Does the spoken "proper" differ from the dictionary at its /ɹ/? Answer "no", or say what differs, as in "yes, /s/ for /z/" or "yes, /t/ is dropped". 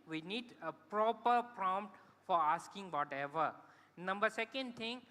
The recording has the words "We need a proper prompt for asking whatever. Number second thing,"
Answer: no